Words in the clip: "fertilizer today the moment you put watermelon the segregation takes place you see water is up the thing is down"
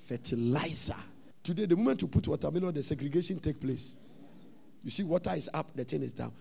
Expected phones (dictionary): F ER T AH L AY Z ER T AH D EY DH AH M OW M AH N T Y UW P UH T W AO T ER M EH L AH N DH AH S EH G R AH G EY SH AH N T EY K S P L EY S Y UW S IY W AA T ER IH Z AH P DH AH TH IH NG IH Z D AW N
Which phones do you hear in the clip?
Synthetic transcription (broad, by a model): F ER T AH L AY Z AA T AH D EY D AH M OW M AH N T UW P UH T W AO T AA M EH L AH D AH S EH G R AH G EY SH AH N T EY K P L EY S Y UW S IY W AA T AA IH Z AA P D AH T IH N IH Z D AW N